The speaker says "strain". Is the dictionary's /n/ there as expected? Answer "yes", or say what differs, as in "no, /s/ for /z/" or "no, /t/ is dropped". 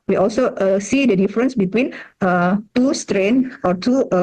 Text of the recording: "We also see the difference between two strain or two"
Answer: yes